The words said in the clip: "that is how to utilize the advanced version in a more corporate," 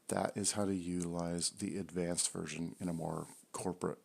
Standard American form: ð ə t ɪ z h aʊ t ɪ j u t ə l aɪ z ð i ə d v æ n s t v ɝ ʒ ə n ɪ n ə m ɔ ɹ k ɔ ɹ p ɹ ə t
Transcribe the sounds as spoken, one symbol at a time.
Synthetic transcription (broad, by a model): ð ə t ɪ z h aʊ t ɪ j u t ə l aɪ z ð i ə d v æ n s t v ɝ ʒ ə n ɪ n ə m ɔ ɹ k ɔ ɹ p ɹ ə t